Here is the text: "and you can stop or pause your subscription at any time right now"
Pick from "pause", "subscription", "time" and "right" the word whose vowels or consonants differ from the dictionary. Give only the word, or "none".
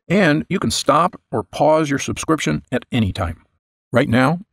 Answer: none